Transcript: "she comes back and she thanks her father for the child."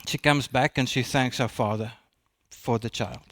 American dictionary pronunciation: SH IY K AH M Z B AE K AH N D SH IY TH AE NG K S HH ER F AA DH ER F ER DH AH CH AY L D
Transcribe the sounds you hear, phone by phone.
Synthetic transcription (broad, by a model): SH IY K AH M Z B AE K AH N SH IY TH AE NG K S HH ER F AA DH ER F ER DH AH CH AY L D